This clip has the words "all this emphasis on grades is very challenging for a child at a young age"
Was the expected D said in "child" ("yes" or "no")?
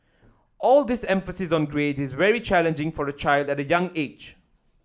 yes